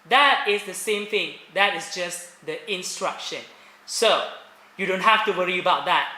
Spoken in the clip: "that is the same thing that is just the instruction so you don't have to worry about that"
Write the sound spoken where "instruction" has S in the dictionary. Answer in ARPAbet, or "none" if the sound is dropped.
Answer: S